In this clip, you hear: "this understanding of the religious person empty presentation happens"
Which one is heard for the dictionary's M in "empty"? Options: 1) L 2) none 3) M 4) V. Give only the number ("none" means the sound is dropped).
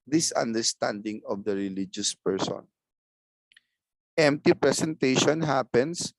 3